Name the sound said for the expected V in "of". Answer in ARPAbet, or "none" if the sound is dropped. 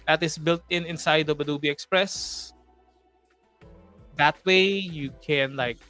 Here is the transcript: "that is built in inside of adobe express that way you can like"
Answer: B